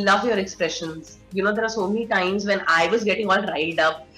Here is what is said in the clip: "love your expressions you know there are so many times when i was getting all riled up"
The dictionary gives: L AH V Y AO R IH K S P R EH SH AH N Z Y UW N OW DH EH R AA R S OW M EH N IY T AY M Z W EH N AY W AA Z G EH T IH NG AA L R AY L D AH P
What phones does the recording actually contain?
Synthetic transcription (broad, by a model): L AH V Y AO R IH K S P R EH SH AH N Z Y UW N OW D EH R AA R S OW M EH N IY T AY M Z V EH N AY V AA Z G EH T IH NG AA L R AY D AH P